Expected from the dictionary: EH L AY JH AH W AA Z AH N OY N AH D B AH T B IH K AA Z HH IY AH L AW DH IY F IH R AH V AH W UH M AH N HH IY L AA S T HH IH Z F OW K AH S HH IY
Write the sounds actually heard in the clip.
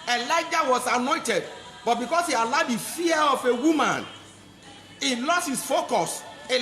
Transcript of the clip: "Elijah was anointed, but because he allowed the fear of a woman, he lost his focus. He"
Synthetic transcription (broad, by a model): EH L AY JH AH W AA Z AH N OY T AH D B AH T B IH K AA S HH IY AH L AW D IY F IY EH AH F AH W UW M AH N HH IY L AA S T HH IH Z F OW K AH S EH